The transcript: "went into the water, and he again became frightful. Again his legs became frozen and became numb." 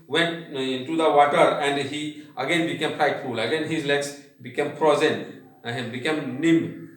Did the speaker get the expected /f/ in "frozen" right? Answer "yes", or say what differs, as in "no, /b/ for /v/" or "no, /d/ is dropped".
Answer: no, /p/ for /f/